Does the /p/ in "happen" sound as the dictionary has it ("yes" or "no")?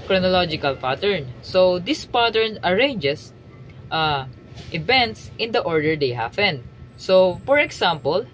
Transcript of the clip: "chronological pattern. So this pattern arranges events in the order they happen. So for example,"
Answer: no